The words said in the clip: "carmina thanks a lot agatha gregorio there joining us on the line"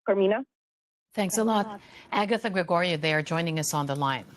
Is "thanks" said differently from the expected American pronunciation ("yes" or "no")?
no